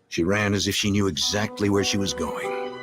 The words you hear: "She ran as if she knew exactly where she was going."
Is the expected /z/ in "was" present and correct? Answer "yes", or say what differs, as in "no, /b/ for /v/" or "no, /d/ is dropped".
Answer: yes